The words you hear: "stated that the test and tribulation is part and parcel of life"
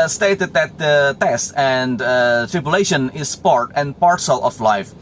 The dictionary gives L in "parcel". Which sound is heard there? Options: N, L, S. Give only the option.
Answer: L